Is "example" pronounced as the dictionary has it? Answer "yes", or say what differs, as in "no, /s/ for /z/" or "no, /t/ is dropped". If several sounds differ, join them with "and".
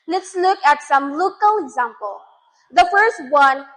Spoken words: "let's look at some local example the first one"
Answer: yes